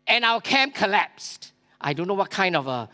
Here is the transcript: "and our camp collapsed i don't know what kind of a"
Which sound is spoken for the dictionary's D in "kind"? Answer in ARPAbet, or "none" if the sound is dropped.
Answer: D